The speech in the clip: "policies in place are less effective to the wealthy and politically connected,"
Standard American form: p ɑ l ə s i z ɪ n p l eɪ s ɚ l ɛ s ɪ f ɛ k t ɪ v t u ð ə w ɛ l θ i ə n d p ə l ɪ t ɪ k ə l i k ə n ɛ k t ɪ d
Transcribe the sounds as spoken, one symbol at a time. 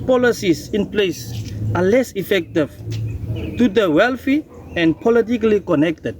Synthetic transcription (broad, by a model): p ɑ l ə s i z ɪ n p l eɪ s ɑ l ɛ s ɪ f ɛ k t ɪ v t u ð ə w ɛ l f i ə n d p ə l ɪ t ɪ k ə l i k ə n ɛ k t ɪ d